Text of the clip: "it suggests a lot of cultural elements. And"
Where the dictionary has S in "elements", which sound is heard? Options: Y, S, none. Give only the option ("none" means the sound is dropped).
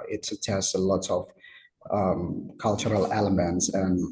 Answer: S